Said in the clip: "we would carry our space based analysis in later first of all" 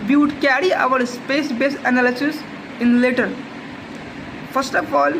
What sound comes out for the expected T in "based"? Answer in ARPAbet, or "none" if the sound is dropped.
none